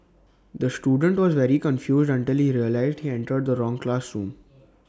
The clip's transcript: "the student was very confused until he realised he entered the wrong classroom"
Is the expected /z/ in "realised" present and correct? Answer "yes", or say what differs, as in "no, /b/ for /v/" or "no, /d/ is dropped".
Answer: yes